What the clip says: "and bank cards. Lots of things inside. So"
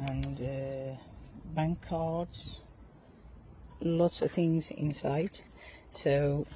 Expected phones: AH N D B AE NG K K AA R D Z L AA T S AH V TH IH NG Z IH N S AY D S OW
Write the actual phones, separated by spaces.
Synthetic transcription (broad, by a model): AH N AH B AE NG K K AA R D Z L AA T S AH V TH IH NG Z IH N S AY D S OW